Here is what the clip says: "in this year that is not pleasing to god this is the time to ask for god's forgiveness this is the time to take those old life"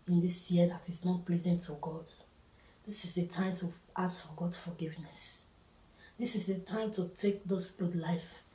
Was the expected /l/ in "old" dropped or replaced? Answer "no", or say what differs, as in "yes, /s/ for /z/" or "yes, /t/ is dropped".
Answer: yes, /l/ is dropped